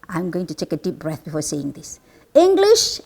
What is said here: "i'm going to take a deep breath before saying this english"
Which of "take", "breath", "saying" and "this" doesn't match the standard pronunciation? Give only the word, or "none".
none